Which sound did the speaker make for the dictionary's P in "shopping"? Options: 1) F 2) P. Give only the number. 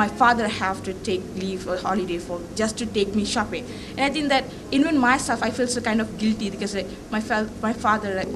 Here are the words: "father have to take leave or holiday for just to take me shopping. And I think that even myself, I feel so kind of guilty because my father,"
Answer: 2